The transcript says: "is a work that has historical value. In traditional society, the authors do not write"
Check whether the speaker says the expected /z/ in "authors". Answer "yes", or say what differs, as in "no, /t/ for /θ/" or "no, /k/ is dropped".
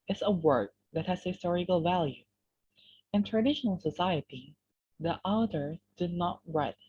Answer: no, /z/ is dropped